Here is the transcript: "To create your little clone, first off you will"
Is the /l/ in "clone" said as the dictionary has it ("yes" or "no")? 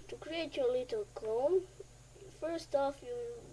no